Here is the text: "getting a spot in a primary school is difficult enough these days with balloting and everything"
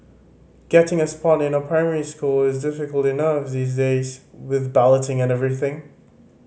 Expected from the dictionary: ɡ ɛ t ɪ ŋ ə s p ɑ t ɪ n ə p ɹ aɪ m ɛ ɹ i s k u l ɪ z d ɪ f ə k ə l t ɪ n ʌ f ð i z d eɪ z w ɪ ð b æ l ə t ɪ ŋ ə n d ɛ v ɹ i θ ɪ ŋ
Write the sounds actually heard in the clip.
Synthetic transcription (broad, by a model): ɡ ɛ t ɪ ŋ ə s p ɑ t ɪ n ə p ɹ aɪ m ɛ ɹ i s k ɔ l ɪ z d ɪ f ə k ə l t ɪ n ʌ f ð i z d eɪ z w ɪ ð b æ l ə t ɪ ŋ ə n ɛ v ɹ i θ ɪ ŋ